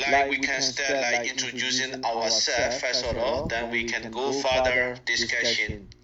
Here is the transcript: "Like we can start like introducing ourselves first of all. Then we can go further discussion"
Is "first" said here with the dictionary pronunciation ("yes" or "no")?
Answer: no